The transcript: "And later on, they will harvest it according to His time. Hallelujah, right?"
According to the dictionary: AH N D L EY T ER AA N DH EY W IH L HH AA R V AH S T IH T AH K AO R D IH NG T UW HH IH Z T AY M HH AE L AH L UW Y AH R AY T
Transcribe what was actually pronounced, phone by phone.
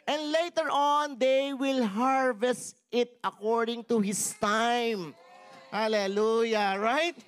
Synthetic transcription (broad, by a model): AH N D L EY T ER AA N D EY W IH L HH AA R V AH S T IH T AH K AO R D IH NG T UW HH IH S T AY M HH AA L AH L UW Y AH R AY T